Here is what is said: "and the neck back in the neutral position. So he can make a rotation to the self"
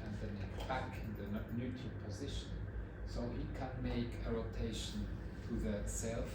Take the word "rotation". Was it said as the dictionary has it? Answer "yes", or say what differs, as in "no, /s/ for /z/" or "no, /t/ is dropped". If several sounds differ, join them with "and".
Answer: yes